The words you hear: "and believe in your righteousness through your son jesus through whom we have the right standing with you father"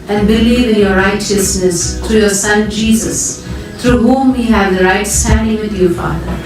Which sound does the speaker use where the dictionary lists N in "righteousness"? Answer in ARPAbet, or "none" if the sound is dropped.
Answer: N